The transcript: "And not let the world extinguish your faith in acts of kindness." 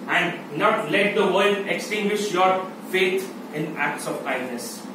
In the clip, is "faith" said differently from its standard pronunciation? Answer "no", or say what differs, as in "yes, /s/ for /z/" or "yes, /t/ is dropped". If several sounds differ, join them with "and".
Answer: yes, /t/ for /θ/